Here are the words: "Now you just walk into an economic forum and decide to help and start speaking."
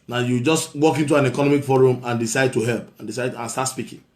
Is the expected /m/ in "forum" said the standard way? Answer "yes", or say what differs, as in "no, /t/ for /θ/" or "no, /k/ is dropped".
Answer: yes